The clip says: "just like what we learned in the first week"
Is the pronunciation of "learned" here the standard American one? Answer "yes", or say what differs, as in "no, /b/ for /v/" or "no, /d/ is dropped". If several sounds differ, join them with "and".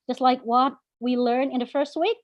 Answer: no, /d/ is dropped